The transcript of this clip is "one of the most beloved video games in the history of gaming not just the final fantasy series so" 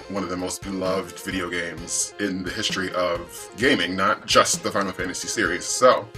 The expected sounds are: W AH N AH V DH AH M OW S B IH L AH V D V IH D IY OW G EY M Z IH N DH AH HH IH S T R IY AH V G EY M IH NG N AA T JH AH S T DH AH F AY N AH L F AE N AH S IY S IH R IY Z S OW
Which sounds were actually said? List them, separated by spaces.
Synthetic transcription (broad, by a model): W AH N AH V DH AH M OW S B IH L AH V D V IH D IY OW G EY M Z IH N DH AH HH IH S T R IY AH V G EY M IH NG N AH T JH AH S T DH AH F AY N L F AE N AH S IY S IH R IY Z S OW